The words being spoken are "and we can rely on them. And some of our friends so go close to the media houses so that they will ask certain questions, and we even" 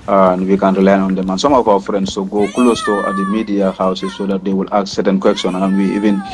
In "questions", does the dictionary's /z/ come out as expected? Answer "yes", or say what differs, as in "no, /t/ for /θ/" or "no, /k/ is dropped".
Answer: no, /z/ is dropped